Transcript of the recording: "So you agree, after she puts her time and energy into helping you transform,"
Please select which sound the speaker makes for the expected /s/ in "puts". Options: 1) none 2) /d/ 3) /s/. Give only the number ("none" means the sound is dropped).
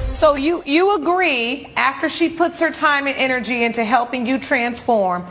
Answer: 3